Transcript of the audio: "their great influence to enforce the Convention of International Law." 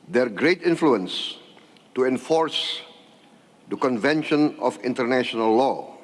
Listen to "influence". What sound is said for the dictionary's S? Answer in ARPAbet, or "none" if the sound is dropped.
S